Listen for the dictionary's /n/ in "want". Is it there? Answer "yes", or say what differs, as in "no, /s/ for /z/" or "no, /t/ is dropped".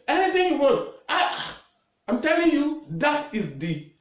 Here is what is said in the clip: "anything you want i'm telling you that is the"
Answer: no, /n/ is dropped